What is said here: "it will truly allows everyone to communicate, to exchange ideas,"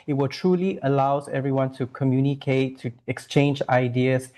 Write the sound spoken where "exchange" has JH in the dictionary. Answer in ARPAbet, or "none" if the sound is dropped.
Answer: JH